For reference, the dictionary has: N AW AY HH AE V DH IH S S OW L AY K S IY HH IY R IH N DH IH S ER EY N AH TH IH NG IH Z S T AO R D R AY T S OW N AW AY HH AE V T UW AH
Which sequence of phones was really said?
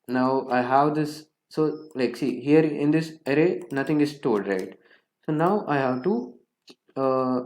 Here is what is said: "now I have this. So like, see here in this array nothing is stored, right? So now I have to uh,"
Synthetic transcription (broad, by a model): N AW AY HH AE V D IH S S OW L AY K S IY HH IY R IH N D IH S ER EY N AH T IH NG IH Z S T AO L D R AY T S OW N AW AY HH AE V T UW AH